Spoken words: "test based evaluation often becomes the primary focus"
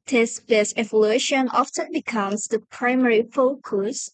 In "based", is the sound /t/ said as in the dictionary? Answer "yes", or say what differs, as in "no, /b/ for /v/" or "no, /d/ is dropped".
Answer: no, /t/ is dropped